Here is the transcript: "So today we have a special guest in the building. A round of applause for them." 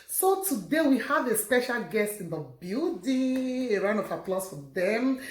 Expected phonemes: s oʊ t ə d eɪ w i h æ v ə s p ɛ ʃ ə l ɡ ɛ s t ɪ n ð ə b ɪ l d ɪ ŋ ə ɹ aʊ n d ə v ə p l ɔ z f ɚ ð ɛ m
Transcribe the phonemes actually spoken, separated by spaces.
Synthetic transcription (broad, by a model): s oʊ t ə d eɪ w i h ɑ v ə s p ɛ ʃ ə l ɡ ɛ s t ɪ n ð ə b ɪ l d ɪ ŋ ə ɹ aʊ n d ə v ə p l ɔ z f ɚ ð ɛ m